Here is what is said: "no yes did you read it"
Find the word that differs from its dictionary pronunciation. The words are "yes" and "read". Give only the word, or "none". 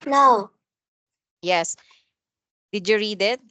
none